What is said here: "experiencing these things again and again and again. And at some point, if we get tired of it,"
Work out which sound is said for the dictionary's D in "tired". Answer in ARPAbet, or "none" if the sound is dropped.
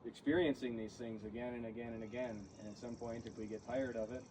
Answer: D